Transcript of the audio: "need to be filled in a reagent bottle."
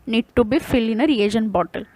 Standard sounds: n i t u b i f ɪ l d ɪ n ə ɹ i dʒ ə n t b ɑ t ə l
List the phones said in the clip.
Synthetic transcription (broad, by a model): n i t u b i f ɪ l ɪ n ə ɹ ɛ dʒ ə n b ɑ t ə l